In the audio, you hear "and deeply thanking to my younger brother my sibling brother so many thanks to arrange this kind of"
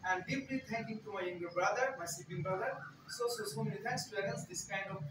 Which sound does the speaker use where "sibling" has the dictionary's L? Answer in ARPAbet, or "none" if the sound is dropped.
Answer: none